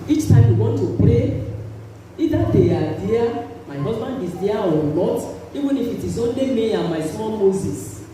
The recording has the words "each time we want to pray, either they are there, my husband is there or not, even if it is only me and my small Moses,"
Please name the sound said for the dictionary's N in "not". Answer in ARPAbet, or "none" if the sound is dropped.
L